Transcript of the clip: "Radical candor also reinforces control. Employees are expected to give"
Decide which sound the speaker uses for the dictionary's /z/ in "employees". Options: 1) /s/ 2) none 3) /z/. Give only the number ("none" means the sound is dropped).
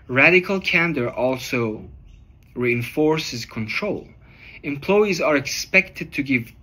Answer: 3